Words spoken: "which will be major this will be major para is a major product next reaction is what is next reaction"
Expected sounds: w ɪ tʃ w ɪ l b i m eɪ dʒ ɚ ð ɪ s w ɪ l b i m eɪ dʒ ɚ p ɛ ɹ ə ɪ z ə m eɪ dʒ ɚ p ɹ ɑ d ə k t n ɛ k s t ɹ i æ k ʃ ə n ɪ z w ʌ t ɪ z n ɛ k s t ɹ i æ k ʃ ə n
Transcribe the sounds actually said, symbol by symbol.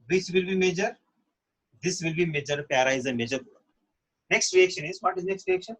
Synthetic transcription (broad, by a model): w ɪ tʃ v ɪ l b i m eɪ dʒ ɚ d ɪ s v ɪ l b i m eɪ dʒ ɚ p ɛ ɹ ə ɪ z ə m eɪ dʒ ɚ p ɑ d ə n ɛ k s t ɹ i æ k ʃ ə n ɪ z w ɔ t ɪ z n ɛ k s t ɹ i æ k ʃ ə n